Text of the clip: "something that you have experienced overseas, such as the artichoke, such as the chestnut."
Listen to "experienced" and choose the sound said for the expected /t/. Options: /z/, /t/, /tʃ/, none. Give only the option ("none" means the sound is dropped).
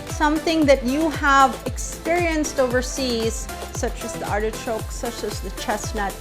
/t/